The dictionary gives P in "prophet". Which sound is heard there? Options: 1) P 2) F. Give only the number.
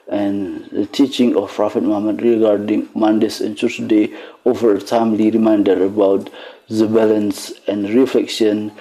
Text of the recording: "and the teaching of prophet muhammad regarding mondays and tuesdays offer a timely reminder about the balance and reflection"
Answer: 1